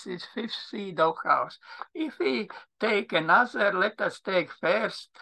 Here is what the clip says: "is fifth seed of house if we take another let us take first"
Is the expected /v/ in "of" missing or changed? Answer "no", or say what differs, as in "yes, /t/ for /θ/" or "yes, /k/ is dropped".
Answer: yes, /w/ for /v/